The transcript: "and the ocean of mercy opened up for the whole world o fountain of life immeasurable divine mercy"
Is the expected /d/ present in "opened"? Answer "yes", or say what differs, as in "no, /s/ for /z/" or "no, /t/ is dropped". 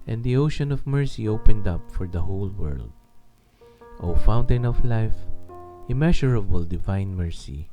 yes